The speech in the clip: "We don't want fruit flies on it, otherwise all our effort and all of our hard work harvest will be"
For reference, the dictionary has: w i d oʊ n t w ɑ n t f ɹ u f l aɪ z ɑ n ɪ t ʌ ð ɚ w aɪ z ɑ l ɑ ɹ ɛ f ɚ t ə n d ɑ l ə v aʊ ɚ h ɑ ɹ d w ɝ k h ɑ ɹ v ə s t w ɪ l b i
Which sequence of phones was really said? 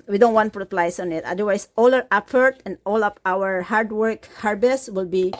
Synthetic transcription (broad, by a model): w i d oʊ n t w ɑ n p ɹ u p l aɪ s ɑ n ɪ t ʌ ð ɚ w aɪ s ɑ l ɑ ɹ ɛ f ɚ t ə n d ɑ l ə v aʊ ɚ h ɑ ɹ d w ɝ k h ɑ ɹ b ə s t w ɪ l b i